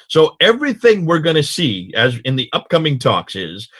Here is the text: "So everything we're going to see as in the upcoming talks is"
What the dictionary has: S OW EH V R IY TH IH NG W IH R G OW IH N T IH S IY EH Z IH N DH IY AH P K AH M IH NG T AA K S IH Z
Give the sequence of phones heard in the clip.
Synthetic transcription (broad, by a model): S OW EH V R IY TH IH NG W IH R G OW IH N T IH S IY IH Z IH N DH IY AH P K AH M IH NG T AA K S IH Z